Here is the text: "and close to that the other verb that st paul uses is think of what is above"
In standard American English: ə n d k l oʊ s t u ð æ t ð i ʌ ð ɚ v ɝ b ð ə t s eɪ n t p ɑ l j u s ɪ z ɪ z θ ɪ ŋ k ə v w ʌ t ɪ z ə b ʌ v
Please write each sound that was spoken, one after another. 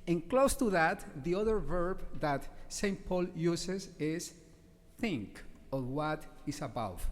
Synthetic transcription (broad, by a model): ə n k l oʊ s t u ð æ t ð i ʌ ð ɚ v ɝ b ð ə t s eɪ n t p ɑ l j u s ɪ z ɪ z θ ɪ ŋ k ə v w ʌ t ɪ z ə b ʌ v